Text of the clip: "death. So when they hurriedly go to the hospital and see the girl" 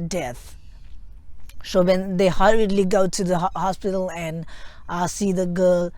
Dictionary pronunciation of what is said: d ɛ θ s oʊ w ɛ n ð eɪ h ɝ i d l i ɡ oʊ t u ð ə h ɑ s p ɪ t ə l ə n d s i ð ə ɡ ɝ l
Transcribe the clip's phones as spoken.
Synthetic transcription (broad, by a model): d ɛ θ s oʊ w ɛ n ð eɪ h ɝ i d l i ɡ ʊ t u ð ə h ɑ s p ɪ t ə l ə n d s i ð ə ɡ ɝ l